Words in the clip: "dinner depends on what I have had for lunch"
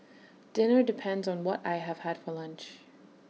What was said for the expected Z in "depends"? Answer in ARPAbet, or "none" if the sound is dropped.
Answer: Z